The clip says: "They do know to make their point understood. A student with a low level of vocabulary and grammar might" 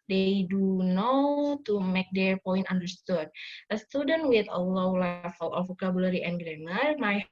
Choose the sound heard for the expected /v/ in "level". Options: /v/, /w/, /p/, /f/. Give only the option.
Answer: /f/